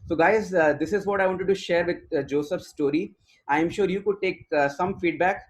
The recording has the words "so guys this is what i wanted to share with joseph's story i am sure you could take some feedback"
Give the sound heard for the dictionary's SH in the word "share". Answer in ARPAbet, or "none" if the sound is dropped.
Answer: SH